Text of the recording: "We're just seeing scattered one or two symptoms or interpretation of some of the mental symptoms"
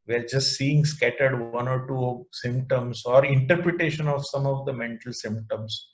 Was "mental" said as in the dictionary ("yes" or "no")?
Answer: yes